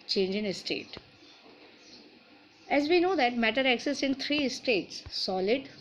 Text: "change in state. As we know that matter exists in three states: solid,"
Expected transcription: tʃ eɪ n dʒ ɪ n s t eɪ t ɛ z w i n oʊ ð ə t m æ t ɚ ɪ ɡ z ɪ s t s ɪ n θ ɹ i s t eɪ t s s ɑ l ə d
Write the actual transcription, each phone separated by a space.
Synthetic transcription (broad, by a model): tʃ eɪ n dʒ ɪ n s t eɪ t ɛ z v i n oʊ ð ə t m æ t ɚ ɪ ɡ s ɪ s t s ɪ n t ɹ i s t eɪ t s s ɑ l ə d